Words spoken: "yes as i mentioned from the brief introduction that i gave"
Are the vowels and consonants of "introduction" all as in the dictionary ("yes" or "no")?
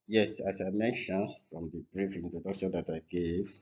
no